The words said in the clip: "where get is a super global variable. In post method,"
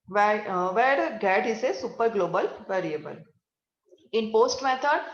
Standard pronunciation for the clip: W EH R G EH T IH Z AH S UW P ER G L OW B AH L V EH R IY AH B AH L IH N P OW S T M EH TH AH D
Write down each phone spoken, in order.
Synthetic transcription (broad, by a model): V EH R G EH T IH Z AH S UW P ER G L OW B AH L V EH R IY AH B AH L IH N P OW S T M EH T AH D